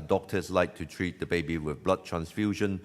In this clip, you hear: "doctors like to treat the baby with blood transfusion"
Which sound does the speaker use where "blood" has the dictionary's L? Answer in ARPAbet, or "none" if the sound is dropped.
L